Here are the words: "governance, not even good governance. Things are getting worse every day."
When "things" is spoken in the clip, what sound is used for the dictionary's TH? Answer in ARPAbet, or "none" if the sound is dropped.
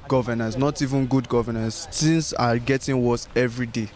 S